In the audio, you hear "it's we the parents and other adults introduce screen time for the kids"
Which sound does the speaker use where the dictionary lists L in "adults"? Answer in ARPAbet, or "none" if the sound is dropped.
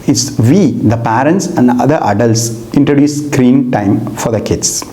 L